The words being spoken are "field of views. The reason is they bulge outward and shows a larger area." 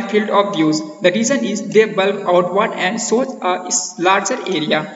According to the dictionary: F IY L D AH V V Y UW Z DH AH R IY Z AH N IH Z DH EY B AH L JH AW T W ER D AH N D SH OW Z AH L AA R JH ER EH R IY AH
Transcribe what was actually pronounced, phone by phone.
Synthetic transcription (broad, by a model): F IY L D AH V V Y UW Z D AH R IY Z AH N IH Z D EY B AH L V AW T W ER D AH N D S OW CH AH L AA R JH ER EH R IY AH